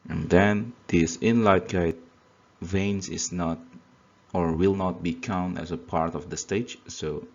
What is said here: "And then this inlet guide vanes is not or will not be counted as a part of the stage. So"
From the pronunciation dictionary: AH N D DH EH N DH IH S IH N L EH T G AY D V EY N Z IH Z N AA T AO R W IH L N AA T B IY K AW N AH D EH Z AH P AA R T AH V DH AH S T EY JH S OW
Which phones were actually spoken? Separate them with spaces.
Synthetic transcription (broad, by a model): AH N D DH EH N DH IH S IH N L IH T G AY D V EY N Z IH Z N AA T AO R W IH L N AA T B IY K AW N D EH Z AH P AA R T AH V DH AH S T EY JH S OW